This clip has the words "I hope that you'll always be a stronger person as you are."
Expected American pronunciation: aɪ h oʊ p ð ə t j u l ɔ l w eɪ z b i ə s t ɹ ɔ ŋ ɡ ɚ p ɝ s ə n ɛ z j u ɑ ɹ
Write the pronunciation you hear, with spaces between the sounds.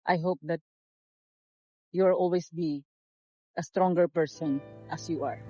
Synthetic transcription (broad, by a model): aɪ h oʊ p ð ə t j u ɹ ɔ l w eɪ s b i ə s t ɹ ɔ ŋ ɡ ɚ p ɝ s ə n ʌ s j u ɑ ɹ